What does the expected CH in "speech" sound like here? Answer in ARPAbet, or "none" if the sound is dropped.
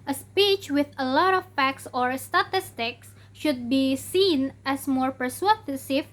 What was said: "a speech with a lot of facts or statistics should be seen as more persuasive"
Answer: CH